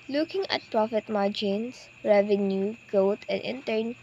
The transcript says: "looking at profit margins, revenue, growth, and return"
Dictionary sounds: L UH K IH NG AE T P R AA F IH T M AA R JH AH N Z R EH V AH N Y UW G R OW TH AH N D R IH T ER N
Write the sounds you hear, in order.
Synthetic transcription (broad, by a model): L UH K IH NG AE T P R AA F IH T M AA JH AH N S R EH V AH N Y UW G OW T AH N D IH T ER N